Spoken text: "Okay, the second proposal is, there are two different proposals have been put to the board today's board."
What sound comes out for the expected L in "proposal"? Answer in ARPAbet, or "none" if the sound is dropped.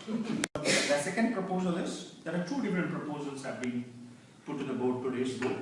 L